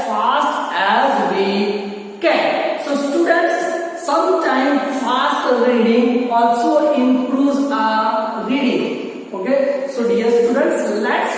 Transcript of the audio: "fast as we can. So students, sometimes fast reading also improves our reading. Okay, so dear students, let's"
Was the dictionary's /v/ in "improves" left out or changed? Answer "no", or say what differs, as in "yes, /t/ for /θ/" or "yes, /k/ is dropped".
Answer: yes, /v/ is dropped